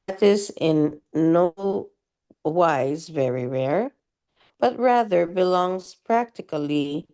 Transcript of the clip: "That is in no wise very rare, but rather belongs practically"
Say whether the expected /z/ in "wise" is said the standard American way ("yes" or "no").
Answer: yes